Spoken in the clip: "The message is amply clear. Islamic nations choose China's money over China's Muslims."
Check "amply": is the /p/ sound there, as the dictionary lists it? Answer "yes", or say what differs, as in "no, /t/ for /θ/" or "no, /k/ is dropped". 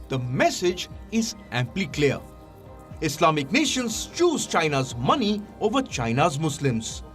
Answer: yes